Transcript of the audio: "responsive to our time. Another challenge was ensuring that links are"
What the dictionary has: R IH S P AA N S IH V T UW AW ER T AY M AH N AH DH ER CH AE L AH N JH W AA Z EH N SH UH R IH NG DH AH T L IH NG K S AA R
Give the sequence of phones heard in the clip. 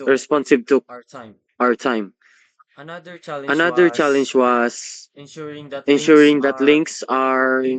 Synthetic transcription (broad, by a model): R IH S P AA N S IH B T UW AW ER T AY M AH N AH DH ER CH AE L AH N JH W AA S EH N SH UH R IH NG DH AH T L IH NG K S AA R